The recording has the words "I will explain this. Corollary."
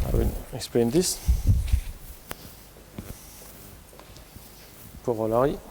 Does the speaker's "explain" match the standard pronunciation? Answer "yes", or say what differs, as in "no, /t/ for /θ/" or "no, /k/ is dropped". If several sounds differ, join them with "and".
no, /l/ is dropped